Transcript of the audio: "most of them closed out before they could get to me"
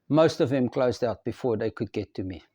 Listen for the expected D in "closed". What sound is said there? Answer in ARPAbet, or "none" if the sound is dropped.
D